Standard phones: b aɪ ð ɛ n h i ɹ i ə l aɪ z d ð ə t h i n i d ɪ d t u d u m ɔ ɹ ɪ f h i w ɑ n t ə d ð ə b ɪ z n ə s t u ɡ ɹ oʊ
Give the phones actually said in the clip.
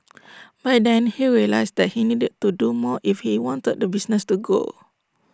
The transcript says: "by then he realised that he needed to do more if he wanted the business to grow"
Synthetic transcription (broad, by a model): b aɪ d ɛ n h i ɹ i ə l aɪ s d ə t h i n i d ɪ d t u d u m ɔ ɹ ɪ f h i w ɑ n t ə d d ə b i s n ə s t u ɡ oʊ